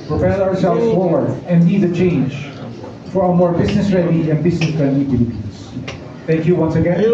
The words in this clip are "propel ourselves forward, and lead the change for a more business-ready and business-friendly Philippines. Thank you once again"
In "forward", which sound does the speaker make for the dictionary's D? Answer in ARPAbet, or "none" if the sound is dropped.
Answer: none